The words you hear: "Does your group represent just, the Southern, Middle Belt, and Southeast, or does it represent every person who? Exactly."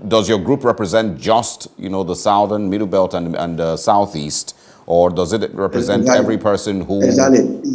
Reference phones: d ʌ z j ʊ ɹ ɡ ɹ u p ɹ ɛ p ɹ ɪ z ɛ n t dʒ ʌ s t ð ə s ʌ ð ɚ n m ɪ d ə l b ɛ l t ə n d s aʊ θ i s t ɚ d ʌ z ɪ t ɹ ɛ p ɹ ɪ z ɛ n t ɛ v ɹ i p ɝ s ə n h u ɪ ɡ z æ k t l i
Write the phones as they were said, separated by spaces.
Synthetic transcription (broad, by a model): d ʌ z j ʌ ɹ ɡ ɹ u p ɹ ɛ p ɹ ɪ z ɛ n t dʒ ʌ s t ð ə s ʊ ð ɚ n m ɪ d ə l b ɛ l t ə n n s aʊ θ i s t ɚ d ʌ z ɪ t ɹ ɛ p ɹ ɪ z ɛ n t ɛ v ɹ i p ɝ s ə n h u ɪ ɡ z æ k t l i